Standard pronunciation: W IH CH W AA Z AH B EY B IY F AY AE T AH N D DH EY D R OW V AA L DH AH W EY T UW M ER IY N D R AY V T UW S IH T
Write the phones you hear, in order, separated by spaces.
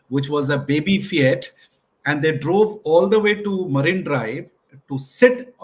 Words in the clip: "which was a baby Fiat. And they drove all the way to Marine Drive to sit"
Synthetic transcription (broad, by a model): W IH CH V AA Z AH B EY B IY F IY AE T AH N D EY D R OW V AA L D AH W EY T UW M ER IY N D R AY V T UW S IH T